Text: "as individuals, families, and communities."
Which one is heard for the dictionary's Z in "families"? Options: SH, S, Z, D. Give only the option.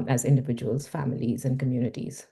Z